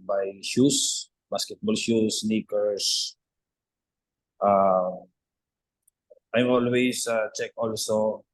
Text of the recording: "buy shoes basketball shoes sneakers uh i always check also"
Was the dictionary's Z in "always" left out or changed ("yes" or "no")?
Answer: yes